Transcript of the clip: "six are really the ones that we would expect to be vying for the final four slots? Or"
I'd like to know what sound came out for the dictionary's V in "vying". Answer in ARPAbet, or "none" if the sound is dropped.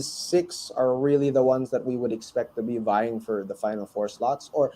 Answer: V